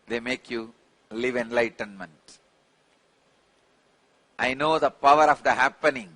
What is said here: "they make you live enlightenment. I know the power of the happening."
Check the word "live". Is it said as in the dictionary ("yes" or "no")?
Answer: yes